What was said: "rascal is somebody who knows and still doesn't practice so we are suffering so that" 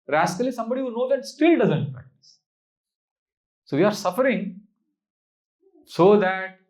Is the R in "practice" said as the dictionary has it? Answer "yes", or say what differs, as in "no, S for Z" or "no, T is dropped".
no, R is dropped